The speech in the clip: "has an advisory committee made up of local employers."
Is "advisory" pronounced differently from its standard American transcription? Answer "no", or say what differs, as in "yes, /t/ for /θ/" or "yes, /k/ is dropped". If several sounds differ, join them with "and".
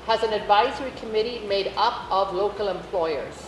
no